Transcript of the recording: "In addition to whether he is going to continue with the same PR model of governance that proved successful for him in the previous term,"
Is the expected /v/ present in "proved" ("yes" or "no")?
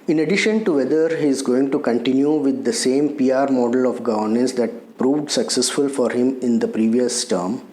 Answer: yes